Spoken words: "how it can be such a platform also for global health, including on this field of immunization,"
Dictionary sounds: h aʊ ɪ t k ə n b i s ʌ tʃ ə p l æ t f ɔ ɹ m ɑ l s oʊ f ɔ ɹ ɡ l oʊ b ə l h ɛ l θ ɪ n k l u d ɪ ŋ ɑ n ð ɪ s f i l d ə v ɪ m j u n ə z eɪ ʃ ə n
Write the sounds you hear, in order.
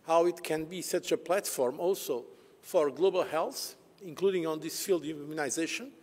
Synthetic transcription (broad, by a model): h aʊ ɪ t k ə n b i s ʌ tʃ ə p l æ t f ɔ ɹ m ɑ l s oʊ f ɔ ɹ ɡ l oʊ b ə l h ɛ l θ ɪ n k l u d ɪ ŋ ɑ n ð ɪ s f i l d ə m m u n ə z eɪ ʃ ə n